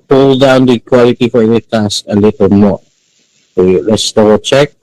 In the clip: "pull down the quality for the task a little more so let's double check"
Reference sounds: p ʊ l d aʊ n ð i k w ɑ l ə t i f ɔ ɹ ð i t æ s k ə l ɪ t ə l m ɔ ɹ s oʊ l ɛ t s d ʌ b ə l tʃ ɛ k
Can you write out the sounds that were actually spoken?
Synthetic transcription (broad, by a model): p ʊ l d aʊ n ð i k w ɑ l ə t i f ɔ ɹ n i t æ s ə l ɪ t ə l m ɔ ɹ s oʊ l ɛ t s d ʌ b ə tʃ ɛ k